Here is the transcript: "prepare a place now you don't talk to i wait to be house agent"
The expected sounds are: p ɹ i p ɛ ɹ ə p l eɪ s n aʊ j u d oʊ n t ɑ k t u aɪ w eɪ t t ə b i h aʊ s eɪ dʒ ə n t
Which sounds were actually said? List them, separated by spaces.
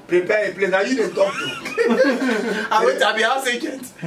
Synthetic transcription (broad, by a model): p ɹ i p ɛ ə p l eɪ n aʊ j u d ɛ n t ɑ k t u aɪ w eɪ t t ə b i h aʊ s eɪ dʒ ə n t